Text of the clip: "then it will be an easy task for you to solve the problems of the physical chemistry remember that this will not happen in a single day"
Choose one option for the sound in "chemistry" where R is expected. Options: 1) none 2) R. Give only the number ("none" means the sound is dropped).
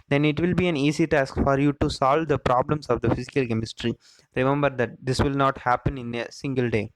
2